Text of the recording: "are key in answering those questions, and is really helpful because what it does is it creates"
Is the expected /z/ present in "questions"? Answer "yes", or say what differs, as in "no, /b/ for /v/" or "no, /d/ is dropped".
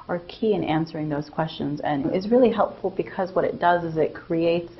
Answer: yes